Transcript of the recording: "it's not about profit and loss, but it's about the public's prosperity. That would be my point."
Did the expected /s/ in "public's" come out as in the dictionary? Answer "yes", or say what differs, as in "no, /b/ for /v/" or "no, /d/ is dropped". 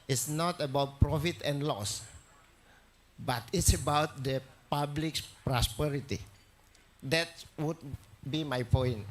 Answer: no, /s/ is dropped